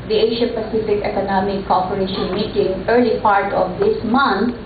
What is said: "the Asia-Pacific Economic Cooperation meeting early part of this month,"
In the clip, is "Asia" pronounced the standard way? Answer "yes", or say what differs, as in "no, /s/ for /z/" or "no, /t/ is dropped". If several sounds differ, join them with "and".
no, /ʃ/ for /ʒ/